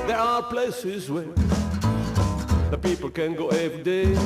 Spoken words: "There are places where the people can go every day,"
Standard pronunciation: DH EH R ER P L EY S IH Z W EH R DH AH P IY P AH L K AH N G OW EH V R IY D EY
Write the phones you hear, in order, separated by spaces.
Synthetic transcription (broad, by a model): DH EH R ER P L EY S IH Z W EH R DH AH P IY P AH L K AH N G OW EH V R IY D EY